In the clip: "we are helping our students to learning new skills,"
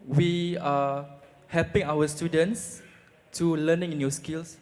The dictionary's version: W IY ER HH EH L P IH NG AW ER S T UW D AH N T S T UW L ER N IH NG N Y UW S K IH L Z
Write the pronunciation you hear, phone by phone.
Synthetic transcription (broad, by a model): W IY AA HH EH L P IH NG AW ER S T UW D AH N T S T UW L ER N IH NG N Y UW S K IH L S